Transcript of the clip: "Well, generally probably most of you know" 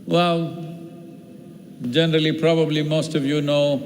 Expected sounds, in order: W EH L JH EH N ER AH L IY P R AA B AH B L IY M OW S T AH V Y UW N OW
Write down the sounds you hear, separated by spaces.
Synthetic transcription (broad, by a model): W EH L JH EH N ER AH L IY P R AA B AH B L IY M OW S T AH V Y UW N OW